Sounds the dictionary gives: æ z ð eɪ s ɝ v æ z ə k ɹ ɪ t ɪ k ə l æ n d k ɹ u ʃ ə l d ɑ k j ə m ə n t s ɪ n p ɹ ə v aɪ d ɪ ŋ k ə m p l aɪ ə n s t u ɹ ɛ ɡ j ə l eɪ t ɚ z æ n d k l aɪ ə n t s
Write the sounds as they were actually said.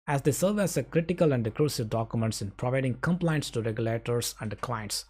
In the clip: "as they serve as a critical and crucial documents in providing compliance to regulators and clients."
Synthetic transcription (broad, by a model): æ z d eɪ s ɝ v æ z ə k ɹ ɪ t ɪ k ə l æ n d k ɹ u s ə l d ɑ k j ə m ə n t s ɪ n p ɹ ə v aɪ d ɪ ŋ k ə m p l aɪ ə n s t u ɹ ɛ ɡ j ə l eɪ t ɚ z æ n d k l aɪ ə n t s